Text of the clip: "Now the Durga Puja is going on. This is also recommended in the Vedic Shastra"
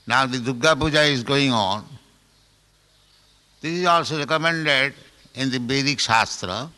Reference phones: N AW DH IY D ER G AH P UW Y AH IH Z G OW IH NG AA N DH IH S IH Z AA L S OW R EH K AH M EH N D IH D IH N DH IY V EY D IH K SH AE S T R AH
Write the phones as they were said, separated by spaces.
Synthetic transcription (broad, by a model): N AW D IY D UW G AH P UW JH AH IH Z G OW IH NG AA N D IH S IH Z AA L S OW R EH K AH M EH N D IH D IH N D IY B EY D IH K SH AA S T R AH